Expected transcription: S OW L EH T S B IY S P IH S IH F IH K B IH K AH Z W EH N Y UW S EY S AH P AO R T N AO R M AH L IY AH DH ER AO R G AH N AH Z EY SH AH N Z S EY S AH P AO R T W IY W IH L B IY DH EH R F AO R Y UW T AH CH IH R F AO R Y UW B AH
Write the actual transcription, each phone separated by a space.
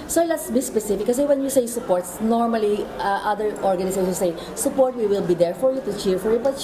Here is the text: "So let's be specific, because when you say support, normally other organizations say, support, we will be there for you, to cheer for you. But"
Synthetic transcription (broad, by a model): S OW L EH T S B IY S P IH S IH F IH K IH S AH W EH N Y UW S EY S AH P AO R T N AO R M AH L IY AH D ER AO R G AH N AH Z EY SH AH S EY S AH P AO R T W IY W IH L B IY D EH R F AO R Y UW T AH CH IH R F AO R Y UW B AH